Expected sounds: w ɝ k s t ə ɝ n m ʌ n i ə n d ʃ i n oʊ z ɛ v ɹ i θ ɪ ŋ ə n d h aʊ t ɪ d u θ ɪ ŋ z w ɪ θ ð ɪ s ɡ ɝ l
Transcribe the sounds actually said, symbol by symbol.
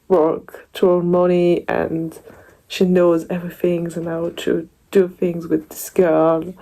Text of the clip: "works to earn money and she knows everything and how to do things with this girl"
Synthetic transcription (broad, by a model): w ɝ k t ə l m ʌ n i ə n ʃ i n oʊ z ɛ v ɹ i θ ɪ ŋ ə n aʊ t ɪ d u θ ɪ ŋ z w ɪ ð ɪ s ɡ ɝ l